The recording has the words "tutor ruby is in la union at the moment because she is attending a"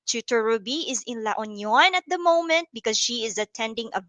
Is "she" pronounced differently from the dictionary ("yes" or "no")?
no